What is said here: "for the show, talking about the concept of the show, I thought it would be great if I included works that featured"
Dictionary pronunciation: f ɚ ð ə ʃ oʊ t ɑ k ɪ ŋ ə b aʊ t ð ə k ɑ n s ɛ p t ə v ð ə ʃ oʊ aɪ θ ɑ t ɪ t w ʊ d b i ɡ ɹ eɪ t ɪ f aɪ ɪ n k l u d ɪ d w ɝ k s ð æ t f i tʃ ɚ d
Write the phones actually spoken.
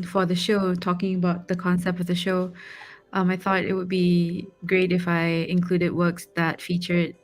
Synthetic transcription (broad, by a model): f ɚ ð ə ʃ oʊ t ɑ k ɪ ŋ ə b aʊ t ð ə k ɑ n s ɛ p t ə v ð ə ʃ oʊ aɪ θ ɑ t ɪ t w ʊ d b i ɡ ɹ eɪ t ɪ f aɪ ɪ n k l u d ɪ d w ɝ k s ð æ t f i tʃ ɚ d